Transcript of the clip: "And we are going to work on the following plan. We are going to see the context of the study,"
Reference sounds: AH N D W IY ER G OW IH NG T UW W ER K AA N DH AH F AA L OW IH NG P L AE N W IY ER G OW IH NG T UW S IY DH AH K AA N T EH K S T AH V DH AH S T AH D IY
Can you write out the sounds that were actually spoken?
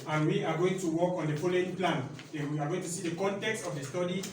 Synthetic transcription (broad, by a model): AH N W IY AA G OW IH NG T UW W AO K AA N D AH P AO L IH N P L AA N W IY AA G OW IH NG T UW S IY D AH K AA N T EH K S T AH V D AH S T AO D IY